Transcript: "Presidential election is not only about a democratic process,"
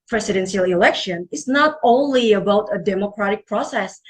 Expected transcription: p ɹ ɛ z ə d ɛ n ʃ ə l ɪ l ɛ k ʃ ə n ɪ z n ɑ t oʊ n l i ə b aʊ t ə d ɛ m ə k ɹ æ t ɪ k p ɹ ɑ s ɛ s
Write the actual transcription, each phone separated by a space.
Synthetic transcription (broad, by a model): p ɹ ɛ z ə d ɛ n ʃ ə l ɪ l ɛ k ʃ ə n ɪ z n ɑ t oʊ n l i ə b aʊ t ə d ɛ m ə k ɹ æ t ɪ k p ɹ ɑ s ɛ s